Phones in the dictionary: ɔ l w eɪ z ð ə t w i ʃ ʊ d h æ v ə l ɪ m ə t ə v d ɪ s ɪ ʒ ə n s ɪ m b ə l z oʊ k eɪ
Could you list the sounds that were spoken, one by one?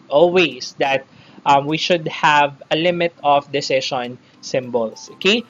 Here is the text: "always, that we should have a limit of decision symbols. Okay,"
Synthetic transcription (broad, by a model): ɔ l w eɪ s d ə t w i ʃ ʊ d h æ v ə l ɪ m ə t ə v d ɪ s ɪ ʃ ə n s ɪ m b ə l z oʊ k eɪ